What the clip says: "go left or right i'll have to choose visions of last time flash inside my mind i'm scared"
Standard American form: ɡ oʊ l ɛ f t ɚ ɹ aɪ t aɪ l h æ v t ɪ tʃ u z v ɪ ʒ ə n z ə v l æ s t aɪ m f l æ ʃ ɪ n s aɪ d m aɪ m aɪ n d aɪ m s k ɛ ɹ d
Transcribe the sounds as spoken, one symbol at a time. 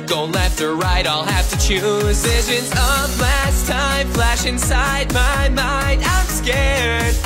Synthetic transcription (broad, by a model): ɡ oʊ l ɛ f t ɚ ɹ aɪ t aɪ l h æ f t ɪ tʃ u z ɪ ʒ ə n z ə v l æ s t aɪ m f l æ ʃ ɪ n s aɪ d m aɪ m aɪ n d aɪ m s k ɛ ɹ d